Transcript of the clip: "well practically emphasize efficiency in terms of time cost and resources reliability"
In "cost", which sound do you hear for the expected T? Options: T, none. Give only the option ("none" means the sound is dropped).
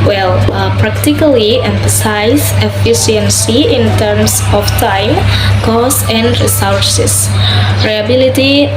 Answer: none